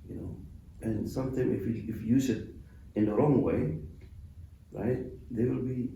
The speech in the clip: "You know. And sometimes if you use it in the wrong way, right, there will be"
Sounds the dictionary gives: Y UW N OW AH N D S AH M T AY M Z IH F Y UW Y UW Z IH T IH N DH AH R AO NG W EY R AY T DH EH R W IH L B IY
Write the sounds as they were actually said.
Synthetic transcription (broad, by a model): Y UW N OW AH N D S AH M T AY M IH F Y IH Y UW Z IH T IH N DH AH R AO NG W EY R AY T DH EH W IH L B IY